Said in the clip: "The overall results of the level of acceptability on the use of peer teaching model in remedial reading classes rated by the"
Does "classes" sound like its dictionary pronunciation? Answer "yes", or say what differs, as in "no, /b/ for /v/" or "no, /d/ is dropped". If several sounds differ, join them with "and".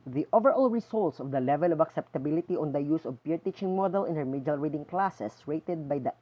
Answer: no, /s/ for /z/